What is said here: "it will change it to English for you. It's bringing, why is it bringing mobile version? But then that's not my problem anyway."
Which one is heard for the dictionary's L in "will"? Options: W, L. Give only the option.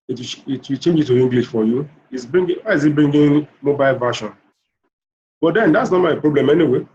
W